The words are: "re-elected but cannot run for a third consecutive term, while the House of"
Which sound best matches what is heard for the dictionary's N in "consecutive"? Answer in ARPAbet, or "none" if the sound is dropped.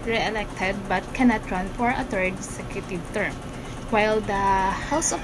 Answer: none